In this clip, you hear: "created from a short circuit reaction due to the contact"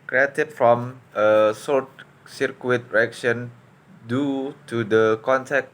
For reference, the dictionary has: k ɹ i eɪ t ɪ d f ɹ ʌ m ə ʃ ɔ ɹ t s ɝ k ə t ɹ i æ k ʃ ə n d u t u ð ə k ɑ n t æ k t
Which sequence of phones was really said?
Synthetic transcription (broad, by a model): k ɹ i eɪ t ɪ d f ɹ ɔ m ə s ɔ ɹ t s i k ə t ɹ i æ k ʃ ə n d u t u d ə k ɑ n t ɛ k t